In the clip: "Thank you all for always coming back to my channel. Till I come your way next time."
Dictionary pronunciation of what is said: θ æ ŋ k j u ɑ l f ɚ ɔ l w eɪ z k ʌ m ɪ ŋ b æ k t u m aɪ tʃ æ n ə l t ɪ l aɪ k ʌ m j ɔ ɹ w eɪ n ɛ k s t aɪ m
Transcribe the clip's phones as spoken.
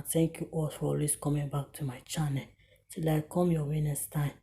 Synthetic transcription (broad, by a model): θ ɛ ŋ k j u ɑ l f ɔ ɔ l w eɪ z k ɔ m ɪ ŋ b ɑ k t u m aɪ tʃ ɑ n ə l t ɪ l aɪ k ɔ m j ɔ w eɪ n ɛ s t aɪ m